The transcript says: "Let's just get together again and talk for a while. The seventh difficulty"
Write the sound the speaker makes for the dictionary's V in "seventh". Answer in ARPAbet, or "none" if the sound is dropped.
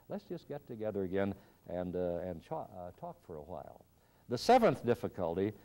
V